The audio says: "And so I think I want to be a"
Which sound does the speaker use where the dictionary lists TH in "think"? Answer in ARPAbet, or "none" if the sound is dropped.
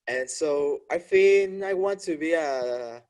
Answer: F